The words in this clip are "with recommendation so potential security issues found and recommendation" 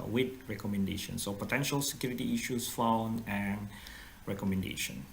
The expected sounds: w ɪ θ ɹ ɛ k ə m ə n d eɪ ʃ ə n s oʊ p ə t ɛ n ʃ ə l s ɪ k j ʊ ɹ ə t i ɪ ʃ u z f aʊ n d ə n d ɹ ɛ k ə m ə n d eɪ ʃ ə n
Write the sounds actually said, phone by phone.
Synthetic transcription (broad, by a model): w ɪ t ɹ ɛ k ə m ə n d eɪ ʃ ə n s oʊ p ə t ɛ n ʃ ə l s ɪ k j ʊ ɹ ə t i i ʃ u s f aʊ n ə n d ɹ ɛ k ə m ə n d eɪ ʃ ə n